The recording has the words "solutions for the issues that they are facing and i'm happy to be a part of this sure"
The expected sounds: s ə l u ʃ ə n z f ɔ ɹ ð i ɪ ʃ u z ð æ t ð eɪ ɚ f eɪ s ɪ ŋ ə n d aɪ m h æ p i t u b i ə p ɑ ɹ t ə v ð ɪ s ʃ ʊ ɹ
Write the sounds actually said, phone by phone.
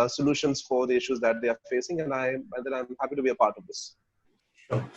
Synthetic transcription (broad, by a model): s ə l u ʃ ə n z f ɔ ɹ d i ɪ ʃ u z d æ t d eɪ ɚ f eɪ s ɪ ŋ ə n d aɪ m h æ p i t u b i ə p ɑ ɹ t ə v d ɪ s